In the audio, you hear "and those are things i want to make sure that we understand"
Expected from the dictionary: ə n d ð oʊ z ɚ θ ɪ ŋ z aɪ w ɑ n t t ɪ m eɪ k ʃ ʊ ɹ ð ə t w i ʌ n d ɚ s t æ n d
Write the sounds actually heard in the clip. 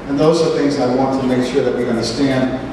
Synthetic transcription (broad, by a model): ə n ð oʊ z ɚ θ ɪ ŋ z aɪ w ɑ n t t ɪ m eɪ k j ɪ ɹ ð ə t w i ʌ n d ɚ s t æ n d